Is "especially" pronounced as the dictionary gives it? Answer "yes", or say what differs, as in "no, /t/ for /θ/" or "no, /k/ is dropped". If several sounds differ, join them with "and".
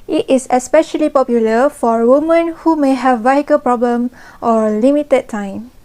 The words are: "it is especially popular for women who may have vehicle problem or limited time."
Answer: yes